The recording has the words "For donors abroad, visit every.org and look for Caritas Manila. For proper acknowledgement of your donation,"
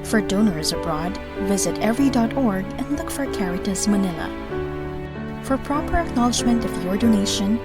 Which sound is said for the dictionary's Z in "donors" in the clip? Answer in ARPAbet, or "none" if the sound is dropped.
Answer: Z